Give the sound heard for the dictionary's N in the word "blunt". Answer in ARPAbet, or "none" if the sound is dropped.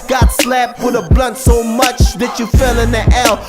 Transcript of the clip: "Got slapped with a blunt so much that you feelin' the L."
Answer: N